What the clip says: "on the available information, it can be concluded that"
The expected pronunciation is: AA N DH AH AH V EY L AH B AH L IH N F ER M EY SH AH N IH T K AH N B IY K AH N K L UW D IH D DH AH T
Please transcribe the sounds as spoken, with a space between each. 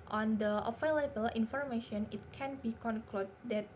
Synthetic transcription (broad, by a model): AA N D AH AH F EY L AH B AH L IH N F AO M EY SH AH N IH T K AH N B IY K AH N K L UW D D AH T